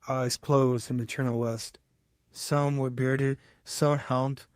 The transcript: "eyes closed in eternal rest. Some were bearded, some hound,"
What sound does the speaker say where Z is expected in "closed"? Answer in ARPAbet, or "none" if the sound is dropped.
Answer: Z